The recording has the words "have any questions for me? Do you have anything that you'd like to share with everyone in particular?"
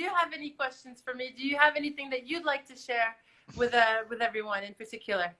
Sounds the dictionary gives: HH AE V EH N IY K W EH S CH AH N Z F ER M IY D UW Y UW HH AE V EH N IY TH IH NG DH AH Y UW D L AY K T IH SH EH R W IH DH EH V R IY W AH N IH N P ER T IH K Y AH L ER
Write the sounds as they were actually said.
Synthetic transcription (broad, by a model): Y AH V EH N IY K W EH S CH AH N Z F ER M IY D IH Y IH V EH N IY TH IH NG DH AH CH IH D L AY K T IH SH EH R W IH DH EH V R IY W AH N IH N P ER T IH K Y L ER